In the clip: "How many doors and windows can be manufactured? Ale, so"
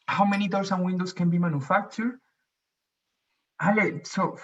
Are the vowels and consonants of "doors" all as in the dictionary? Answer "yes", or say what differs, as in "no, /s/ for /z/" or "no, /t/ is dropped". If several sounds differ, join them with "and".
no, /s/ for /z/